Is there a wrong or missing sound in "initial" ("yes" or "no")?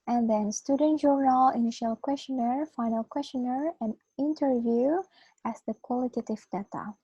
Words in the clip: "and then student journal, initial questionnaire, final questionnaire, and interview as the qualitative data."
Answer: no